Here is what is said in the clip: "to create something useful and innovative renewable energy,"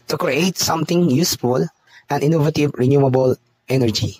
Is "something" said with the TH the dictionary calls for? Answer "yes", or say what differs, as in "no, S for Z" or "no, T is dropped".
no, T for TH